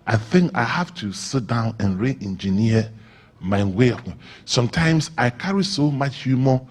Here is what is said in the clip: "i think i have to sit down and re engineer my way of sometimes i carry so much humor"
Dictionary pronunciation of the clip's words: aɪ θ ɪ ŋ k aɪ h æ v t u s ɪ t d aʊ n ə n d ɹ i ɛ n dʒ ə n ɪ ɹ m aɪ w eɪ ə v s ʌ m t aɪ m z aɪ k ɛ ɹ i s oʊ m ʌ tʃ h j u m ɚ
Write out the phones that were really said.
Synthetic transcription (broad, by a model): aɪ θ ɪ ŋ k aɪ h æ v t u s ɪ t d aʊ n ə n ɹ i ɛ n dʒ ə n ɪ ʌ m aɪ w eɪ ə s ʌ m t aɪ m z aɪ k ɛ ɹ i s oʊ m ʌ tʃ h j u m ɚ